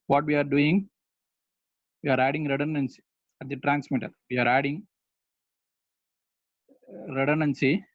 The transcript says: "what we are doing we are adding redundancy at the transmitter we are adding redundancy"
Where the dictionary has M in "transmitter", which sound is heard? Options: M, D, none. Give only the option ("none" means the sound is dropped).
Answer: M